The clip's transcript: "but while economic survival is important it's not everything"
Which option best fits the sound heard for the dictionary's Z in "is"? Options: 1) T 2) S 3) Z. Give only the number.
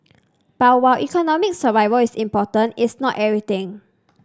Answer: 2